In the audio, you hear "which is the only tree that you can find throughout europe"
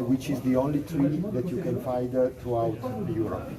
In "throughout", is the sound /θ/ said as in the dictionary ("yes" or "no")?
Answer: no